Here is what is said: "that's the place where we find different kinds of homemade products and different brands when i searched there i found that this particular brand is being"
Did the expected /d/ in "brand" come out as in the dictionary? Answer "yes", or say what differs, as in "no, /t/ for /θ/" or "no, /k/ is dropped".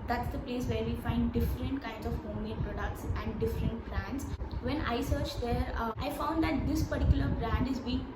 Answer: yes